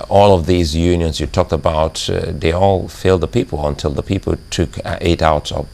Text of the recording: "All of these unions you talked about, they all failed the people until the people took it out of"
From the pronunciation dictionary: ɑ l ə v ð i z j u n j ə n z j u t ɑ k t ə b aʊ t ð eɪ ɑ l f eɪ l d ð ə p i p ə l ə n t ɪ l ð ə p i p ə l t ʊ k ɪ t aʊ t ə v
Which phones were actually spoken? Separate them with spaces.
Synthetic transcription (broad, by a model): ɑ l ə v ð i z j u n j ə n z j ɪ t ɑ k t ə b aʊ t ð eɪ ɑ l f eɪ l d ð ə p i p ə l ə n t ɪ l ð ə p i p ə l t ʊ k ɪ t aʊ t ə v